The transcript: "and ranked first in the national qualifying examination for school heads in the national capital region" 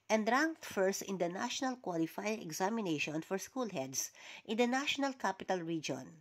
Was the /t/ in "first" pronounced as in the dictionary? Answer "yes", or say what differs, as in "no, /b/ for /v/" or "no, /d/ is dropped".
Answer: yes